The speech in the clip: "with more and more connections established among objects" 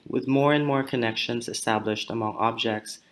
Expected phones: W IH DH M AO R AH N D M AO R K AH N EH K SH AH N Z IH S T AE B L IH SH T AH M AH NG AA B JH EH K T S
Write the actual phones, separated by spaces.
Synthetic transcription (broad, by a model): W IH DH M AO R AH N M AO R K AH N EH K SH AH N Z IH S T AE B L IH SH T AH M AH NG AA B JH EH K T S